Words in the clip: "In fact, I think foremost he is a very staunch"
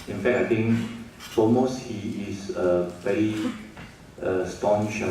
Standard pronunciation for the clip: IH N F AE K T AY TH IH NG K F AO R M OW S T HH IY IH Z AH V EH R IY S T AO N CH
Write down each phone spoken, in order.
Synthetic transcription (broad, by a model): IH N F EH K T AY T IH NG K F AO L M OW S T HH IY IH S AH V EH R IY S T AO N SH